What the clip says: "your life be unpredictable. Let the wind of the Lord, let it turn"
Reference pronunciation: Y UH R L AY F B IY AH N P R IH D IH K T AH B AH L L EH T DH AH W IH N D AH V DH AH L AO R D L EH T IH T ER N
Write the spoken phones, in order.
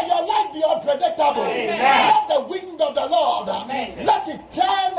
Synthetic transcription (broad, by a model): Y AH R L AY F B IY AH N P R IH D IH K T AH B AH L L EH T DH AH W IH N D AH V DH AH L AO R D L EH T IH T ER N